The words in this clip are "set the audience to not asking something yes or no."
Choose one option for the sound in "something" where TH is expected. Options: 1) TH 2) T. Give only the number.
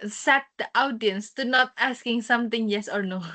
2